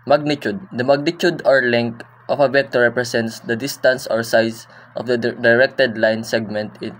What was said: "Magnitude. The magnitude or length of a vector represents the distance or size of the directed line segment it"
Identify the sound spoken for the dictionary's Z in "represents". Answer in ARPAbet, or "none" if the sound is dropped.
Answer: S